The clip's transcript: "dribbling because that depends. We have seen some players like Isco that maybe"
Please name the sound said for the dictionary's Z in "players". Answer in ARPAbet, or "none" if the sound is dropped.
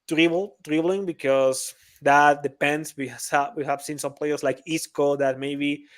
S